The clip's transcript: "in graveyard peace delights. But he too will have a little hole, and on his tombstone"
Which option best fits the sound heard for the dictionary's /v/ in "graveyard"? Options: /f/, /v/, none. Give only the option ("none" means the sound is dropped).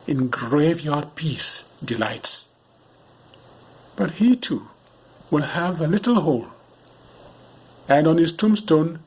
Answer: /v/